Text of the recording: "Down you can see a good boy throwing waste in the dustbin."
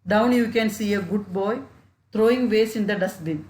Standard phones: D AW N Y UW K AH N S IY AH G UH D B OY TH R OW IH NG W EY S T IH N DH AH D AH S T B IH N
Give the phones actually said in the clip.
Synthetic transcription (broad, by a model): D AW N Y UW K AH N S IY AH G UH D B OY T R OW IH NG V EY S IH N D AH D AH S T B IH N